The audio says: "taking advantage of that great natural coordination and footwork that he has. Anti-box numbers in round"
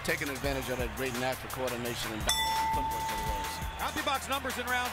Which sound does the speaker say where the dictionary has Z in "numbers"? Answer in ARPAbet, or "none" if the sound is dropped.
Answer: Z